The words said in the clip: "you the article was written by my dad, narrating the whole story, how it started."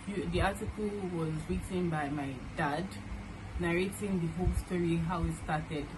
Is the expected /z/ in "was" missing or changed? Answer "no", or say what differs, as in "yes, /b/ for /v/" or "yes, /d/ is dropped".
no